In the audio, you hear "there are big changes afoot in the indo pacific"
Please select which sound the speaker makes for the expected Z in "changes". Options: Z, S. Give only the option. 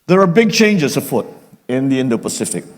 S